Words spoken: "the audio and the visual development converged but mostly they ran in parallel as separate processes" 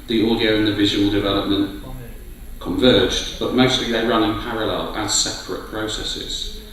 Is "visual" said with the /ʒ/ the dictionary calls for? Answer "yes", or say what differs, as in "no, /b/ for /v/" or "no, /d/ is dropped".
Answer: yes